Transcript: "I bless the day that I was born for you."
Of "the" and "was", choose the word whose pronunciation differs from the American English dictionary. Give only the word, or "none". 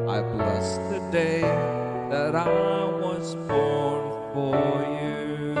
none